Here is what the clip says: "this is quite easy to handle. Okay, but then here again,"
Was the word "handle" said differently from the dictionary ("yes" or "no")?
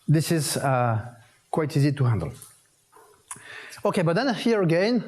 no